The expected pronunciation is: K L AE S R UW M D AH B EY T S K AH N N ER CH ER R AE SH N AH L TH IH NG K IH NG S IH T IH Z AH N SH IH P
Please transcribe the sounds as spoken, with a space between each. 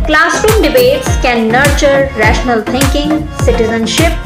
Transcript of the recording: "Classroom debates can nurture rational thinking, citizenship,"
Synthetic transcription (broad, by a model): K L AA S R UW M D AH B EY T S K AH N N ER CH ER R AE SH N AH L T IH NG K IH NG S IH T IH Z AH N SH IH P